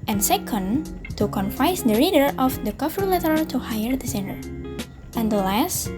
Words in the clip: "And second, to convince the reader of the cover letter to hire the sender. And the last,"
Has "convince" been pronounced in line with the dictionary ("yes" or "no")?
no